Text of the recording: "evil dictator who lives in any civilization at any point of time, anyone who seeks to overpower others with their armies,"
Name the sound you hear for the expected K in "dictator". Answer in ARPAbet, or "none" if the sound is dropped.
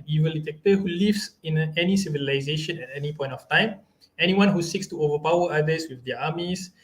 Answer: none